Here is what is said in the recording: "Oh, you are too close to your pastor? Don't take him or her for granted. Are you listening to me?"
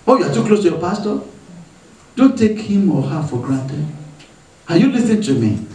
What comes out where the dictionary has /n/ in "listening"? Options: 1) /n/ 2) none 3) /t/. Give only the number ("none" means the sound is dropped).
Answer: 2